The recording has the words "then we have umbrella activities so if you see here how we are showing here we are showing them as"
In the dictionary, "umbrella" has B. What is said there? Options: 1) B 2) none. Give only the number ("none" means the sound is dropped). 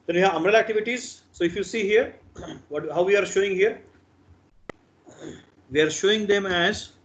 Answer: 2